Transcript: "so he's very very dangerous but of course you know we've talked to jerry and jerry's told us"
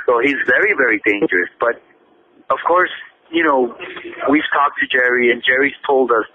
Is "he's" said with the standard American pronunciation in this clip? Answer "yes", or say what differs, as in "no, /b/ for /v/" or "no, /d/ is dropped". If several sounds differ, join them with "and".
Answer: yes